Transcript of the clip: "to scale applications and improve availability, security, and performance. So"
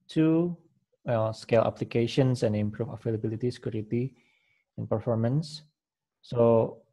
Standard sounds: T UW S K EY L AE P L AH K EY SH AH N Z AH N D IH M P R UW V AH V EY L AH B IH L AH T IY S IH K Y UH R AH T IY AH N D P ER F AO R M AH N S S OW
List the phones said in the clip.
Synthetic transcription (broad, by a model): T UW S K EY L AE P L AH K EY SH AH N S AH N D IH M P R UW F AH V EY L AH B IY L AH T IY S K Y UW R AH T IY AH N P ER F AO R M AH N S S OW